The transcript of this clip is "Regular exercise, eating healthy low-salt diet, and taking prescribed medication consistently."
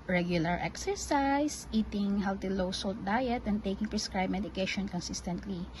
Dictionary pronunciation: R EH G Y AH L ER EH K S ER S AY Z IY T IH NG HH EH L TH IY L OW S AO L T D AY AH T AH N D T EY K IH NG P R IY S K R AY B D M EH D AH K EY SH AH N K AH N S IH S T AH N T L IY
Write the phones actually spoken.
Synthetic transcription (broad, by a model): R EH G Y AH L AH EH K S ER S AY S IY T IH NG HH EH L T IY L OW S AO L T D AY AH T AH N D T EY K IH NG P R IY S K R AY B M EH D AH K EY SH AH N K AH N S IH S T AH N T L IY